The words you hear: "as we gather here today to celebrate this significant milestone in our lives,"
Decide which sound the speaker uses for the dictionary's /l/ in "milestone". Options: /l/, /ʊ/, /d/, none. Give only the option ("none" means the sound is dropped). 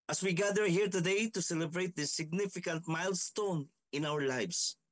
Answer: /l/